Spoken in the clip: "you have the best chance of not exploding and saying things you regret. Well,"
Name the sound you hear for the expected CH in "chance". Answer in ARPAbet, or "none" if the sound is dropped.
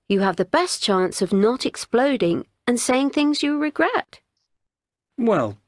CH